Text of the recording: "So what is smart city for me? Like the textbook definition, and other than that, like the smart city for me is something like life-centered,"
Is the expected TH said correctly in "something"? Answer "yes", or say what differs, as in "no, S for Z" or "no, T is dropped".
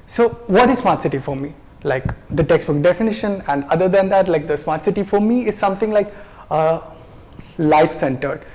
no, T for TH